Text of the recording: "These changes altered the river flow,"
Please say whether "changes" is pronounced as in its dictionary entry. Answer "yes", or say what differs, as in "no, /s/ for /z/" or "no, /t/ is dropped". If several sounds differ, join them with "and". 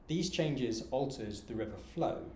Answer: yes